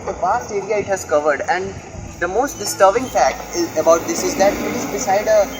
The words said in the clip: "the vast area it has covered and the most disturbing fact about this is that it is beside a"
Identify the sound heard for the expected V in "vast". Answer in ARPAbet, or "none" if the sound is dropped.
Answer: P